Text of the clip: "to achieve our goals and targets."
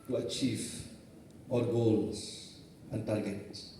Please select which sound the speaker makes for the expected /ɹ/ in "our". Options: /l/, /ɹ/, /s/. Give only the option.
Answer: /l/